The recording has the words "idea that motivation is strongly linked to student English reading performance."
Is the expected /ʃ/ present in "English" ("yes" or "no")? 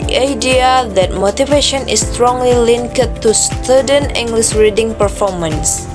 no